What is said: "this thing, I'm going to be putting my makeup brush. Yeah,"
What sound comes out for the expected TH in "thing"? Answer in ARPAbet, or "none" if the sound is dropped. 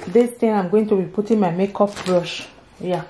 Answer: T